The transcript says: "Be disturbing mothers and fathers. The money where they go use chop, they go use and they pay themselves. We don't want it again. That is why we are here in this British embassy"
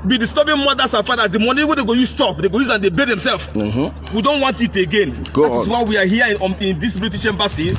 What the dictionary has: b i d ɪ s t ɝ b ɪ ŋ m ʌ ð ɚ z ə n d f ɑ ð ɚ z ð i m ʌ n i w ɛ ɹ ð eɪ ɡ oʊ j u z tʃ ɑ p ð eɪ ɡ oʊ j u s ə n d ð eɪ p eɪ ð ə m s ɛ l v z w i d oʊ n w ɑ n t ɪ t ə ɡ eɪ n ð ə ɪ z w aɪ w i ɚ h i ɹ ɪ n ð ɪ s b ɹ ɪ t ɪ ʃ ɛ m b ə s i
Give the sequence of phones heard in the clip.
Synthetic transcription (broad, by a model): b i d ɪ s t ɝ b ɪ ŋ m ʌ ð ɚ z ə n f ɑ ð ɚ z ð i m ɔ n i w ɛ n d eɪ ɡ oʊ j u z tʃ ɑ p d eɪ ɡ oʊ j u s ə n d eɪ b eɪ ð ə m s ɛ l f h w i d oʊ n w ɑ n t ɪ t ə ɡ eɪ n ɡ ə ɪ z w aɪ w i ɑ h i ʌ ɪ n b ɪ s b l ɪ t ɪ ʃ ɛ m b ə s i